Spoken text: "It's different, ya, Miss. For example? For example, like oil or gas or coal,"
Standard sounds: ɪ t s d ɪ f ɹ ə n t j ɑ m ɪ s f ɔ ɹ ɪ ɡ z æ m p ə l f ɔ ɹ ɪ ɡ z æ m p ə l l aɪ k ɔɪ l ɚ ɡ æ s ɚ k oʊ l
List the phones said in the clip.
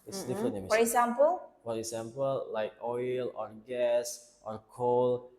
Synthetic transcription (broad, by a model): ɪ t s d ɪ f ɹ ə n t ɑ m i f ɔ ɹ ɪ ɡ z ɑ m p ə l f ɔ ɹ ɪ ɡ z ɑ m p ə l l aɪ k ɔɪ l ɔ ɡ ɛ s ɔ k oʊ l